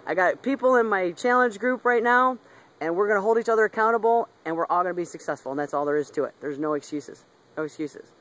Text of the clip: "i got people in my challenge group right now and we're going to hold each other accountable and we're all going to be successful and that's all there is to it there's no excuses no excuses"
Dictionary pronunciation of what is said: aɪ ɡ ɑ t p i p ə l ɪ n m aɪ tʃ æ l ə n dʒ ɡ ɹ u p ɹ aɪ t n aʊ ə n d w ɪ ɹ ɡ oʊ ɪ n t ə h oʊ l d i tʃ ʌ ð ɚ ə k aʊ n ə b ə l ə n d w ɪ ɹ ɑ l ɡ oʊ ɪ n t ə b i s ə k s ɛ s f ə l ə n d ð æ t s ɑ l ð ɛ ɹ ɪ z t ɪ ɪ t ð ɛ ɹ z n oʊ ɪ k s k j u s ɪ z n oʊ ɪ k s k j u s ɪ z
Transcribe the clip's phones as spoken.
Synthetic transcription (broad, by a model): aɪ ɡ ɑ t p i p l ɪ n m aɪ tʃ æ l ə n dʒ ɡ ɹ u p ɹ aɪ t n aʊ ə n w ɪ ɹ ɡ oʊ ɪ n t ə h oʊ l d i tʃ ʌ ð ɚ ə k aʊ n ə b l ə n w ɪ ɹ ɑ l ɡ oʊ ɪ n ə b i s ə k s ɛ s f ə l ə n ð æ t s ɑ l ð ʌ ɹ ɪ z t ɪ ɪ t ð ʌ ɹ z n oʊ ɪ k s k j u s ɪ z n oʊ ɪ k s k j u s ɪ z